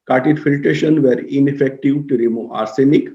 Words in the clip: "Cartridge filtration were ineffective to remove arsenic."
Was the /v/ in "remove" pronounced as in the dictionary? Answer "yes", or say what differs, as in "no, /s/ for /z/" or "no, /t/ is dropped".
no, /v/ is dropped